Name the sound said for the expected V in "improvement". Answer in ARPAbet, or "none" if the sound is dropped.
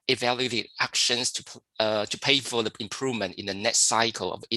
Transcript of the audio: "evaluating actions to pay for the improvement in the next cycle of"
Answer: V